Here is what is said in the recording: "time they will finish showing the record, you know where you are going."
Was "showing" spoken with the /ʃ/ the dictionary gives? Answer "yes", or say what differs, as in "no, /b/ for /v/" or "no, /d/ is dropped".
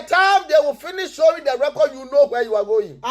no, /s/ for /ʃ/